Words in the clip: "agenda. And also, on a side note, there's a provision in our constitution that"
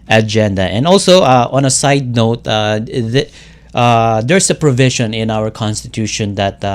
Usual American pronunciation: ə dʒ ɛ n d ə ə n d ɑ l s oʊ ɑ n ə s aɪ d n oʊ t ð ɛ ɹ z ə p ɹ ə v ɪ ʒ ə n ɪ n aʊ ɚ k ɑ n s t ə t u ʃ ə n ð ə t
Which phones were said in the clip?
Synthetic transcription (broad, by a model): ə dʒ ɛ n d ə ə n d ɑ l s oʊ ɑ n ə s aɪ d n oʊ t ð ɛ ɹ s ə p ɹ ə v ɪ ʃ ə n ɪ n aʊ ɚ k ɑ n s t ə t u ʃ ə n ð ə t